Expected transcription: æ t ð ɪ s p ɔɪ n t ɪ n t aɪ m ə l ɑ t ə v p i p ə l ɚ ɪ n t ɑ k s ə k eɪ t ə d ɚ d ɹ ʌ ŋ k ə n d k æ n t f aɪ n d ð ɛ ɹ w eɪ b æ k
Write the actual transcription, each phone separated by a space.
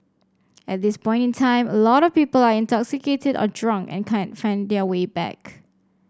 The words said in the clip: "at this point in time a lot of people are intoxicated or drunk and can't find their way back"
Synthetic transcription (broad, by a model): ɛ t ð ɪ s p ɔɪ n t ɪ n t aɪ m ə l ɑ t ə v p i p ə l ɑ ɪ n t ɑ k s ə k eɪ t ə d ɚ d ɹ ʌ ŋ k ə n k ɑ n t f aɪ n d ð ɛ w eɪ b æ k